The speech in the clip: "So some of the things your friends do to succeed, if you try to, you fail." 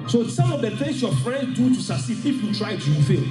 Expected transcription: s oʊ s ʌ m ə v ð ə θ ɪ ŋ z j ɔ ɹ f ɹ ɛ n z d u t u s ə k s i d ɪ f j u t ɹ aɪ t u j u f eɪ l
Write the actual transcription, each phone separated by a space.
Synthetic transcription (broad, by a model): s oʊ s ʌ m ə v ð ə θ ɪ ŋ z j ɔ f ɹ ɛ n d d u t u s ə s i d ɪ f j u t ɹ aɪ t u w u f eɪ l